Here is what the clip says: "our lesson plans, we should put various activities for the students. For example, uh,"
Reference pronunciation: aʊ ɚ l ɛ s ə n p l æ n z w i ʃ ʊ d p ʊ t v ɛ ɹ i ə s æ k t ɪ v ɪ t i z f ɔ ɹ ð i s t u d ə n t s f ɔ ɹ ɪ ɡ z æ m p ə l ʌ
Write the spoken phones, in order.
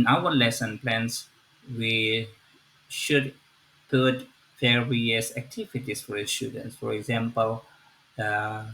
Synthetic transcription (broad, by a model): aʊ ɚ l ɛ s ə n p l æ n s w i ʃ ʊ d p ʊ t f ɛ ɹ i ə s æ k t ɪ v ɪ t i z f ɔ ɹ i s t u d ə n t s f ɔ ɹ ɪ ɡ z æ m p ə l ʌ